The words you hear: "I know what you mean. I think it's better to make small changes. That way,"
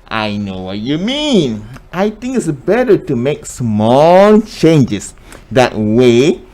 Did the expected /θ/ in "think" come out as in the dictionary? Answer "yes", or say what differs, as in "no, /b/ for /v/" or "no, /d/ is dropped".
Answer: no, /t/ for /θ/